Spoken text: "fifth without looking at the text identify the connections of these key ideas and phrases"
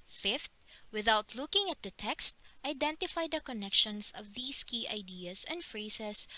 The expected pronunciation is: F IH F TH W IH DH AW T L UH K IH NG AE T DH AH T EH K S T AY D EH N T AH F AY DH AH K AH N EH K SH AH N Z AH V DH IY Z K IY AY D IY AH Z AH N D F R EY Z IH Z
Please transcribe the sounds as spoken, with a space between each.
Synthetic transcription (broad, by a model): F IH F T W IH DH AW T L UH K IH NG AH T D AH T EH K S T AY D EH N T AH F AY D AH K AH N EH K SH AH N S AH V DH IY S K IY AY D IY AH S AH N D F R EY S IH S